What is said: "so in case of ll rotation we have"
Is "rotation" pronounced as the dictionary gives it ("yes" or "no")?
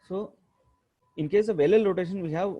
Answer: no